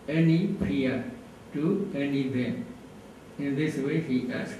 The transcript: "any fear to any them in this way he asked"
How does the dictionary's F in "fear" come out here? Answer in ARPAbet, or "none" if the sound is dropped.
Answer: P